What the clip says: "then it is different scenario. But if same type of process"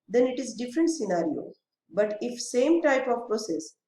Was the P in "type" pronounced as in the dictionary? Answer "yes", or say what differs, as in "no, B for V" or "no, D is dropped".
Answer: yes